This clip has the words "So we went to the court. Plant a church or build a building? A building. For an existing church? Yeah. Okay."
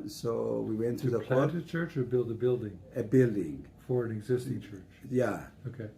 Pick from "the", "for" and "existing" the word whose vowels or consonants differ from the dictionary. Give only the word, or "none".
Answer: none